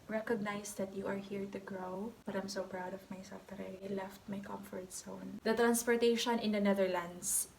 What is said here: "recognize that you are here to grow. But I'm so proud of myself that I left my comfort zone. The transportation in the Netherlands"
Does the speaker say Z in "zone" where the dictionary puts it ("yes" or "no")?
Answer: no